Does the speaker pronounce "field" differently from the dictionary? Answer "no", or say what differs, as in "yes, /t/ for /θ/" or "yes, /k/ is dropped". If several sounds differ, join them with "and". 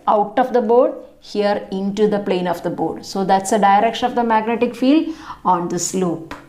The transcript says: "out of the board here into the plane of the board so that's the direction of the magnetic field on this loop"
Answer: no